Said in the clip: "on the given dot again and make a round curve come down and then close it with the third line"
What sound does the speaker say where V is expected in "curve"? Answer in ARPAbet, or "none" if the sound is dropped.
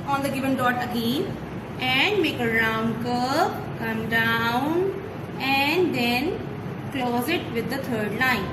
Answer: P